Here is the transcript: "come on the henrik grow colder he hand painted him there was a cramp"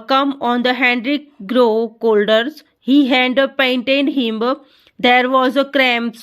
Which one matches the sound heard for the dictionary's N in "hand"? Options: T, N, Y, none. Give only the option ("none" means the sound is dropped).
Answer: none